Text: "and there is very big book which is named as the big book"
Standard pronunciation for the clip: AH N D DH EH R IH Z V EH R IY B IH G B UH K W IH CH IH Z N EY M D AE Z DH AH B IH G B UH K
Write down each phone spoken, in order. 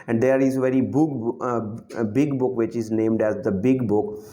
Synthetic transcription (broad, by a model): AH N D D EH R IH Z V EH R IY B IH G B UH K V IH CH IH Z N EY M D AE Z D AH B IH G B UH K